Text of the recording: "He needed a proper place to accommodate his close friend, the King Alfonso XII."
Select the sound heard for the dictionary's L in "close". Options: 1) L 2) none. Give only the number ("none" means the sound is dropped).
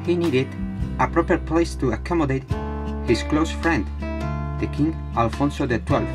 1